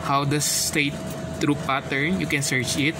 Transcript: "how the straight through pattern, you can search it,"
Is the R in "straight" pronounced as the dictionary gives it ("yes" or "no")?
no